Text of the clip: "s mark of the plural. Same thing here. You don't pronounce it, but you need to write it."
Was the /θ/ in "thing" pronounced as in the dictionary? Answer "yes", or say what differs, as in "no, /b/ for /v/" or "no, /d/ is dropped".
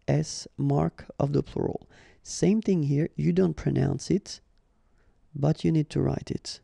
yes